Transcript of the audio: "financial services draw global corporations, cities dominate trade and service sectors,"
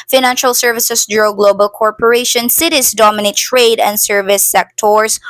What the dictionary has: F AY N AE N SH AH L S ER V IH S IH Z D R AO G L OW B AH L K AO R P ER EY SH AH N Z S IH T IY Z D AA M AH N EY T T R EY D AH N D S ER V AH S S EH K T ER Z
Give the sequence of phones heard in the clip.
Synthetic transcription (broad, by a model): F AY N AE N SH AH L S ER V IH S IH S D R AO G L OW B AH L K AO R P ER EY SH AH N S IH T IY S D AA M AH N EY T T R EY D AH N D S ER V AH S S EH K T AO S